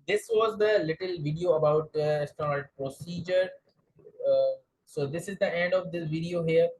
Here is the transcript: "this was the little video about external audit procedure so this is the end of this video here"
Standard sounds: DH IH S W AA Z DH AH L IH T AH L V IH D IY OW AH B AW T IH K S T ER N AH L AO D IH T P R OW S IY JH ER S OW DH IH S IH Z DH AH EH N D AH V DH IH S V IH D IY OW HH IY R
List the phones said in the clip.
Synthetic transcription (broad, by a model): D IH S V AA Z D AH L IH T AH L V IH D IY OW AH B AW T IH S T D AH N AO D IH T P R OW S IY JH ER S OW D IH S IH Z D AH EH N D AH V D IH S V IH D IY OW HH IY R